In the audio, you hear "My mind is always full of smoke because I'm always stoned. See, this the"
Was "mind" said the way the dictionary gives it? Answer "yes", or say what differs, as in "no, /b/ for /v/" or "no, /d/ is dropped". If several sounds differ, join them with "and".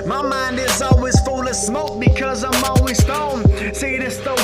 yes